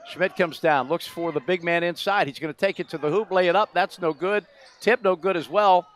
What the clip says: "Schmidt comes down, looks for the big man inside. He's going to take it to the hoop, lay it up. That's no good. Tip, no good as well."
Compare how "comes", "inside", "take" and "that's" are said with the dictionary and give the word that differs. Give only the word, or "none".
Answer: none